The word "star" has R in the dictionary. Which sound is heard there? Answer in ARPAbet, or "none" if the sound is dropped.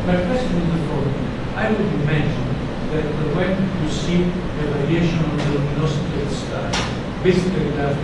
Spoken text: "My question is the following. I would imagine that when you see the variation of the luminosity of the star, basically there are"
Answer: L